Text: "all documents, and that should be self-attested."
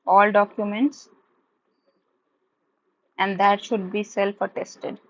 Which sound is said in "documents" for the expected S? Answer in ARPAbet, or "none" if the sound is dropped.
S